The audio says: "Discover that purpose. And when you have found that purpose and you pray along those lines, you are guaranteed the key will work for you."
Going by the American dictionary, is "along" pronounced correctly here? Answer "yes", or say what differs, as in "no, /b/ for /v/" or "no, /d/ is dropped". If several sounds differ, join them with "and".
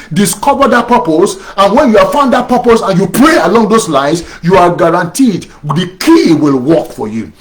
yes